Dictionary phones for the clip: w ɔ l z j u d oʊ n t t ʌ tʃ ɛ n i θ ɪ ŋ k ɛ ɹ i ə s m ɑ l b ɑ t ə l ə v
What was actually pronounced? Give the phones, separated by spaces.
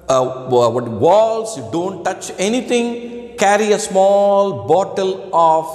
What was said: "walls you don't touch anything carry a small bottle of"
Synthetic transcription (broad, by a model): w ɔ l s j u d oʊ n t t ʌ tʃ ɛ n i t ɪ ŋ k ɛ ɹ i ə s m ɑ l b ɑ t ə l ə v